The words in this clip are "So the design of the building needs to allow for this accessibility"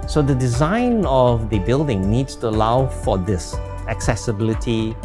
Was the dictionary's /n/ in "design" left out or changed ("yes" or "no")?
no